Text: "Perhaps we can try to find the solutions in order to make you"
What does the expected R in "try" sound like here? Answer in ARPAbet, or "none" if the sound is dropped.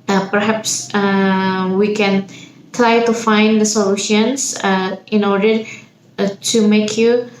L